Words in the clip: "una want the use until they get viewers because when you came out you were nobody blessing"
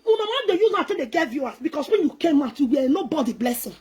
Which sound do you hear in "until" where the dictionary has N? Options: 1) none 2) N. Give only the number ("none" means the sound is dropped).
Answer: 1